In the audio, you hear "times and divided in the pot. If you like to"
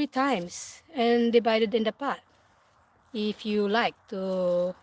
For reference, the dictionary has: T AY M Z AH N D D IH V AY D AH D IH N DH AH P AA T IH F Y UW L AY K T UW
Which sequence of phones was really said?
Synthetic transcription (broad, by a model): T AY M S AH N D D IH B AY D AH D IH N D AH P AA T IH F Y UW L AY K T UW